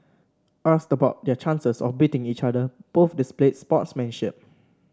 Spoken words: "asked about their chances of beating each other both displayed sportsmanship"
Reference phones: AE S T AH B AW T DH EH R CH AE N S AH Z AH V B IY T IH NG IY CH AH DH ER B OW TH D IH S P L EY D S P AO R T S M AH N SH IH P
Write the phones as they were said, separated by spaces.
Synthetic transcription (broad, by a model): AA S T AH B AW T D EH CH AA N S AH S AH F B IY T IH NG IY CH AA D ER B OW F D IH S P L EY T S P AO T S M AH N SH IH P